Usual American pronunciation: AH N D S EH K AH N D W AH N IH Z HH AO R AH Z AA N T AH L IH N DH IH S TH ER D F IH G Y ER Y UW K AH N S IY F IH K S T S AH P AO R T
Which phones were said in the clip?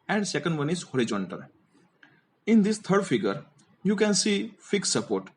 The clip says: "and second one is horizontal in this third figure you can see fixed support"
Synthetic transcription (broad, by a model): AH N D S EH K AH N D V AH N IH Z HH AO R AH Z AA N T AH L IH N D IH S T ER D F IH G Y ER Y UW K AH N S IY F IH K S S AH P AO R T